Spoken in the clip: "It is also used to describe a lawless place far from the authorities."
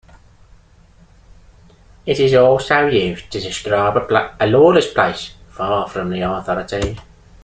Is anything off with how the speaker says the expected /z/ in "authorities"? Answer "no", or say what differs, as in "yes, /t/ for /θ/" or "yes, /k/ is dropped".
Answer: yes, /z/ is dropped